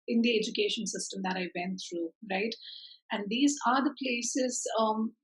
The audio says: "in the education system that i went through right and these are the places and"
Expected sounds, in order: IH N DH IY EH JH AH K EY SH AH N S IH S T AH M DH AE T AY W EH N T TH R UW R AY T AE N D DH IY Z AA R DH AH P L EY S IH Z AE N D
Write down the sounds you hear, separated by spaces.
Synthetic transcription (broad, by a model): IH N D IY EH JH AH K EY SH AH N S IH S T AH M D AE T AY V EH N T T R UW R AY T AE N D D IY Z AA R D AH P L EY S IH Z